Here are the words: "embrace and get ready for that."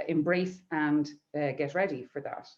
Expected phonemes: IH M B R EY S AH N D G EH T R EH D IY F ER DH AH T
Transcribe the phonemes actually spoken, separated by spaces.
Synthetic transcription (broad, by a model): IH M B R EY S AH N G EH T R EH D IY F ER DH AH T